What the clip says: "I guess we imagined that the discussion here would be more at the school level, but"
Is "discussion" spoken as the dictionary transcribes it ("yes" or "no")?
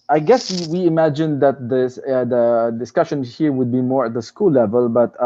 yes